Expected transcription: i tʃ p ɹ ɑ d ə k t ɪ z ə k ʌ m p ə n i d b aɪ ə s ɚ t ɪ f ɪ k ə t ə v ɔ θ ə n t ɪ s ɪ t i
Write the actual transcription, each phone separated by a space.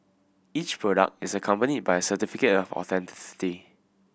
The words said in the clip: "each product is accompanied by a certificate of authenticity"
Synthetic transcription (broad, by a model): i tʃ p ɹ ɑ d ə k t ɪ s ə k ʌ m p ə n i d b aɪ ə s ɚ t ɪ f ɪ k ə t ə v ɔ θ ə n t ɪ s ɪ t i